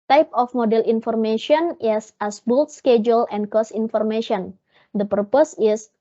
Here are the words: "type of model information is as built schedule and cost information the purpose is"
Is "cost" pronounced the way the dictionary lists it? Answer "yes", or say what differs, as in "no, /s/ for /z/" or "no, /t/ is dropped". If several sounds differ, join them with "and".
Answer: no, /t/ is dropped